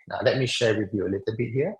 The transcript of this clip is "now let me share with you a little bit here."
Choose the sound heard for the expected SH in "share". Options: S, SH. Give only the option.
SH